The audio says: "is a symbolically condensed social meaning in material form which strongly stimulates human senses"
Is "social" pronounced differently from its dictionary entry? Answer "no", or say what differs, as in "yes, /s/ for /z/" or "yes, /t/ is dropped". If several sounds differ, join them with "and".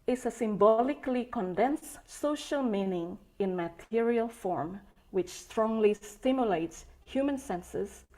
no